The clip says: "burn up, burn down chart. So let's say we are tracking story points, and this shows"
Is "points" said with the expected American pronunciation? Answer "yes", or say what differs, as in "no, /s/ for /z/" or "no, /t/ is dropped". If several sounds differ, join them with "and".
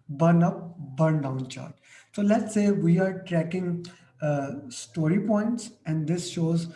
yes